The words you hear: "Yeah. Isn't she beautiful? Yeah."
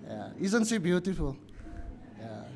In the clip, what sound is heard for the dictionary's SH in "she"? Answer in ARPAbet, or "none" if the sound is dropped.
S